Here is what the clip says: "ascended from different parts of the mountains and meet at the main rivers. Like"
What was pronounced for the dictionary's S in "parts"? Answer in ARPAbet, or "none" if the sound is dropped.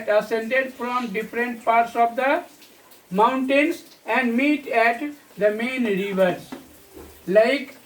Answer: S